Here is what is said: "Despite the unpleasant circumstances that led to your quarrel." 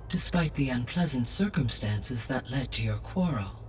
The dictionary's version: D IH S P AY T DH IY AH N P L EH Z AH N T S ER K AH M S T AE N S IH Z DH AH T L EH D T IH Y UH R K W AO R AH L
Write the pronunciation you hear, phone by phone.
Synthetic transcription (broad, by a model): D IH S P AY T DH IY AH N P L EH Z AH N T S ER K AH M S T AE N S IH Z DH AH T L EH D T IH Y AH R K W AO R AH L